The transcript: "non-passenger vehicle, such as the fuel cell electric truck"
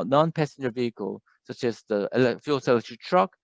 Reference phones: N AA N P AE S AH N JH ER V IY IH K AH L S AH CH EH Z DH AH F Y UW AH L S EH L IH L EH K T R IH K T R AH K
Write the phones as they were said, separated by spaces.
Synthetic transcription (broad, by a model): N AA N P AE S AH N JH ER V IY IH K AH L S AH CH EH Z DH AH F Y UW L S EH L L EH T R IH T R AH K